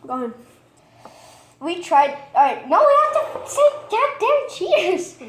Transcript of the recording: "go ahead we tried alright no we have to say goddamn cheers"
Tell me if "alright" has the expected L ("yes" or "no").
no